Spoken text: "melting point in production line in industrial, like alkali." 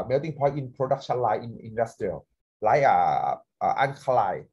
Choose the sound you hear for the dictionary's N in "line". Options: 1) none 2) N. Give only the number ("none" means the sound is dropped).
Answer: 1